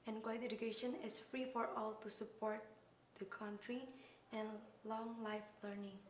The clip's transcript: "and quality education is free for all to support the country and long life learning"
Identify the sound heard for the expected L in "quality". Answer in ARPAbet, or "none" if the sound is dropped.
none